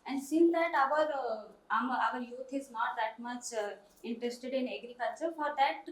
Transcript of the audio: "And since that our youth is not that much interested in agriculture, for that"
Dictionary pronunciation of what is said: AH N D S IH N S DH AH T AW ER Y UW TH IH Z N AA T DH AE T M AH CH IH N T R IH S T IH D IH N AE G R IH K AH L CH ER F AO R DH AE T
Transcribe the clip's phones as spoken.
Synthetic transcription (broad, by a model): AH N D S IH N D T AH T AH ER Y UW T IH Z N AA T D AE T M AH CH IH N T R IH S T IH D IH N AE G R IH K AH L CH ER F AO R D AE T